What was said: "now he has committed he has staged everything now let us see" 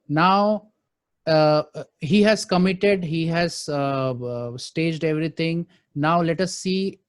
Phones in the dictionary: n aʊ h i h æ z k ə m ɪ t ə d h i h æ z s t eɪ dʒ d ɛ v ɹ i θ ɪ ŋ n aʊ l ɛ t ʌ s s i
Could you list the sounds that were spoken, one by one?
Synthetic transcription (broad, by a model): n aʊ h i h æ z k ə m ɪ t ə d h i h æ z s t eɪ dʒ d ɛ v ɹ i t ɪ ŋ n aʊ l ɛ t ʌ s s i